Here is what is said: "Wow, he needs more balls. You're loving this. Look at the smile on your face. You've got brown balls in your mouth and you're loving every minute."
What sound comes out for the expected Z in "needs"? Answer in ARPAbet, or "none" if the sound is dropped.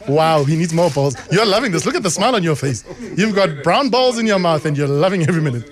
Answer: Z